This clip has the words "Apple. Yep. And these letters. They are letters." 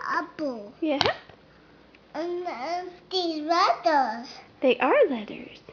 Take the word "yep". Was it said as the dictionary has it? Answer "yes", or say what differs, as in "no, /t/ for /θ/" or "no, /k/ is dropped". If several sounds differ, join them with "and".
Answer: no, /p/ is dropped